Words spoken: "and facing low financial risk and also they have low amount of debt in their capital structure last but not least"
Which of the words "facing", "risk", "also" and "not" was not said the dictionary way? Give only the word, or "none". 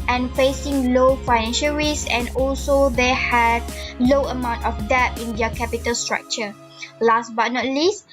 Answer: risk